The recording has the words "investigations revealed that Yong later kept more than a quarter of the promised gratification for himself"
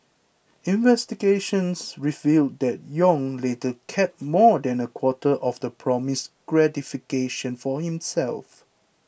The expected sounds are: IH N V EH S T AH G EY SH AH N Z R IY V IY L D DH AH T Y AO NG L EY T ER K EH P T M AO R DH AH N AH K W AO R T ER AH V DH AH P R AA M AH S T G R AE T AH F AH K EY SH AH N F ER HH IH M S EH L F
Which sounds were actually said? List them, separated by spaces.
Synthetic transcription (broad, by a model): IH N V EH S T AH G EY SH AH N S R IY V IY L D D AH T Y AO NG L EY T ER K EH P M AO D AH N AH K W AO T T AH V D AH P R AA M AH S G R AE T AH F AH K EY SH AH N F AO HH IH M S EH L F